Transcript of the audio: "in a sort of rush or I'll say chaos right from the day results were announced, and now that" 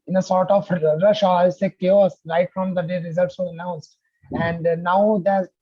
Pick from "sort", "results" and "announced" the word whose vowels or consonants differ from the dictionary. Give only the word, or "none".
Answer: none